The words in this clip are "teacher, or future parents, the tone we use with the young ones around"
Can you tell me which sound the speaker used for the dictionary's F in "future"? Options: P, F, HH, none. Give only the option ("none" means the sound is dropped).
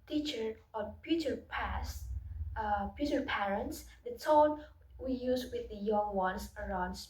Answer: P